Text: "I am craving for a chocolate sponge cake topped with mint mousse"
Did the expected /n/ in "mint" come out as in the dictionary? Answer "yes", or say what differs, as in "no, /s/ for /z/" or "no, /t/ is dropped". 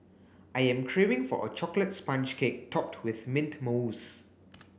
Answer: yes